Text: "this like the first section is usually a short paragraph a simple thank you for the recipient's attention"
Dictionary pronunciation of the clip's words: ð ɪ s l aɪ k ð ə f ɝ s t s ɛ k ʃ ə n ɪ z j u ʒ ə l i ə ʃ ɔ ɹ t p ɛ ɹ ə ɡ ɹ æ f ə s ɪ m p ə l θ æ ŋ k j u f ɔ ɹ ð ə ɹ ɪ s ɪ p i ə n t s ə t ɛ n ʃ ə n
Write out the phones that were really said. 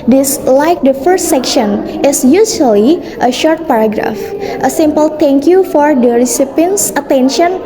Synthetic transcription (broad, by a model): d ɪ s l aɪ k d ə f ɝ s t s ɛ k ʃ ə n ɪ s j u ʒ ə l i ə ʃ ɔ ɹ t p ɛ ɹ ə ɡ ɹ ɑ f ə s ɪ m p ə l t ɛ ŋ k j u f ɔ ɹ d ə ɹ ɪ s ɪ p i n s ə t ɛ n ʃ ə n